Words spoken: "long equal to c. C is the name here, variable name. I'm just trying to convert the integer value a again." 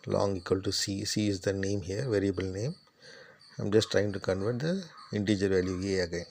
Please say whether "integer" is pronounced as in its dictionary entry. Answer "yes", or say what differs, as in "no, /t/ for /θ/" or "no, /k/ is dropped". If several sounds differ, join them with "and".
yes